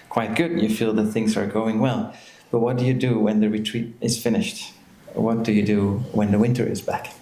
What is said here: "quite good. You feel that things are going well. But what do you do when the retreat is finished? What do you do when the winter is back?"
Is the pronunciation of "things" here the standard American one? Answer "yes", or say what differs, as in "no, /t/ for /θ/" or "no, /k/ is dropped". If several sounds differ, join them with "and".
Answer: yes